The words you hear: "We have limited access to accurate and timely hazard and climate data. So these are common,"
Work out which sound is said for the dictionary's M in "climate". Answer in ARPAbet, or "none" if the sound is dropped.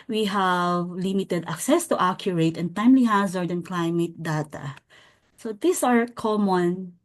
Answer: M